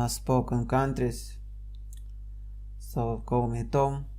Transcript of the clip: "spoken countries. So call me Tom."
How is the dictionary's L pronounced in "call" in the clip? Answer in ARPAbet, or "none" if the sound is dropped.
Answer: W